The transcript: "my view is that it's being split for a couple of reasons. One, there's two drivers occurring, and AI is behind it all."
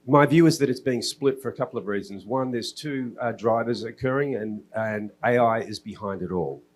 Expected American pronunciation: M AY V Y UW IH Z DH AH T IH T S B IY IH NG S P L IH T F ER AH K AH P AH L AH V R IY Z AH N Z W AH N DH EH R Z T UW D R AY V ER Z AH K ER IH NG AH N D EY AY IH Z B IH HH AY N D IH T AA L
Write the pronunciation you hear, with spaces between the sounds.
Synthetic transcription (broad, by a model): M AY V Y UW IH Z DH AH T IH T S B IY IH NG S P L IH T F ER AH K AH P L AH V R IY Z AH N Z W AH N DH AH R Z T UW D R AY V ER Z AH K ER IH NG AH N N EY AY IH Z B IH HH AY N D IH T AA L